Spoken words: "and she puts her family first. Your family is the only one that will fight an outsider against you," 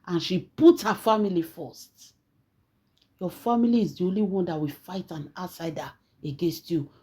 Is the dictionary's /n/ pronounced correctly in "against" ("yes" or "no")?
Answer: yes